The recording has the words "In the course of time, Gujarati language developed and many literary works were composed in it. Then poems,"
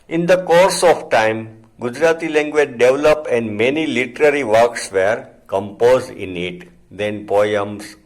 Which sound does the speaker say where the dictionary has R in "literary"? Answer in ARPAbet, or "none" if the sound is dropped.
R